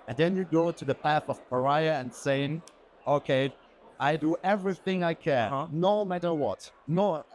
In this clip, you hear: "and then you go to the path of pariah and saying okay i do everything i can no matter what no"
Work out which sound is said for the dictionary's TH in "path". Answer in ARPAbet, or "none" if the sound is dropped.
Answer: TH